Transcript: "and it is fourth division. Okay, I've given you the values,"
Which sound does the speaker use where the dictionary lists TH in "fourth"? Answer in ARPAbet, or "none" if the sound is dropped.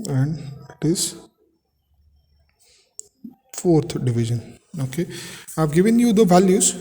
T